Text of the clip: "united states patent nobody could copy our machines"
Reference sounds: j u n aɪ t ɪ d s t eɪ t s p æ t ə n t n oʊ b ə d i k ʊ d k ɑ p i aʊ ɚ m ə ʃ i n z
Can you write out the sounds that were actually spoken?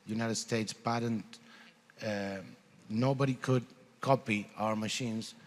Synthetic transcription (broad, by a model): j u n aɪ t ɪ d s t eɪ t s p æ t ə n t n oʊ b ə d i k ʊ d k ɑ p i aʊ ɚ m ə ʃ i n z